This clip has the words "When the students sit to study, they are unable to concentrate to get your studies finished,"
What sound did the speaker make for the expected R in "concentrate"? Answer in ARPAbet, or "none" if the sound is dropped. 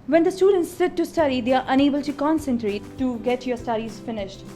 R